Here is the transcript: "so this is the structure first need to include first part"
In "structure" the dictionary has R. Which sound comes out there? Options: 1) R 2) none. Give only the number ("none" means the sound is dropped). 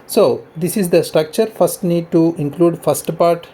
1